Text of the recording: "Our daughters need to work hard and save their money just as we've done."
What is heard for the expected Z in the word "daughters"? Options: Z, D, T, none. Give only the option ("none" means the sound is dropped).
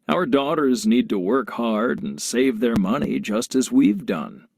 Z